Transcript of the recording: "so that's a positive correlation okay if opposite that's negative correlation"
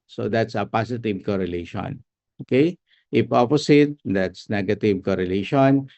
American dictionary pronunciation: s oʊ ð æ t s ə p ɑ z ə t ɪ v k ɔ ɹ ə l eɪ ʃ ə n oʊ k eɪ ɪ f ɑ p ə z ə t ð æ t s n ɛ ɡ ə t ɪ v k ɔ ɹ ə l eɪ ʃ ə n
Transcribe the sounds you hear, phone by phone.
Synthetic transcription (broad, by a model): s oʊ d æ t s ə p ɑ s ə t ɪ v k ɔ ɹ ə l eɪ ʃ ə n oʊ k eɪ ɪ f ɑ p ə s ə t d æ t s n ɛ ɡ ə t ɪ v k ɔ ɹ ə l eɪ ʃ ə n